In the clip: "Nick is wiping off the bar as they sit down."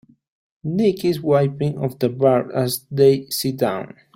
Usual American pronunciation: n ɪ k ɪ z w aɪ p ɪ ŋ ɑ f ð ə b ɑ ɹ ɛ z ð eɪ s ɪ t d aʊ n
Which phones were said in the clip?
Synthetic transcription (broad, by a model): n ɪ k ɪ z w aɪ p ɪ ŋ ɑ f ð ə b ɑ ɹ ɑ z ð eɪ s ɪ t d aʊ n